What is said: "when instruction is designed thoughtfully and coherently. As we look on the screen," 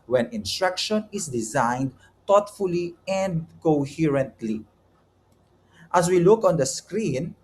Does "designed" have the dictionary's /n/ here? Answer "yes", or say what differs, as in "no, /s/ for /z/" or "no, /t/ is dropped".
yes